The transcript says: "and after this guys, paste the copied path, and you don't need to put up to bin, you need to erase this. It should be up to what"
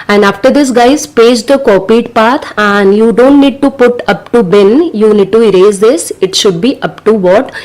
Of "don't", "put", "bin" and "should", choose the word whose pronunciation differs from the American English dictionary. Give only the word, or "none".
none